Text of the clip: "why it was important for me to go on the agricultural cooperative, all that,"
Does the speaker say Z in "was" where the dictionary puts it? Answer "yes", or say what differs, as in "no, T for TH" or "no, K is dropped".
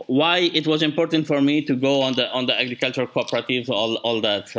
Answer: yes